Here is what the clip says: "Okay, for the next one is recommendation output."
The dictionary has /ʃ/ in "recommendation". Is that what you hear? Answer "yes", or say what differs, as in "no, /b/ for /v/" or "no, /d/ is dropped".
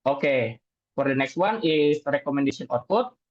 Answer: no, /s/ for /ʃ/